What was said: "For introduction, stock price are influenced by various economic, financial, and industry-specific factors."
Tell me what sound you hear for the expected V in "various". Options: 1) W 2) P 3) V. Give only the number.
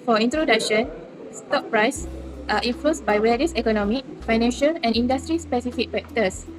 1